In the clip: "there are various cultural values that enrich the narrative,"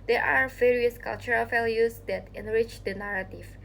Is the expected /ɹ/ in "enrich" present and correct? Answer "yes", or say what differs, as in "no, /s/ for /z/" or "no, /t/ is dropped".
yes